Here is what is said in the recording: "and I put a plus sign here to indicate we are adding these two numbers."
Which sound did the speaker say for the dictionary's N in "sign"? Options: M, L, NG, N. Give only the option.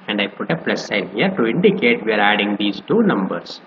L